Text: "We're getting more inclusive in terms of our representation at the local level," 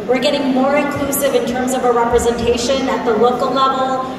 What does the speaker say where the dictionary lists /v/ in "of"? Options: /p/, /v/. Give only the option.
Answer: /v/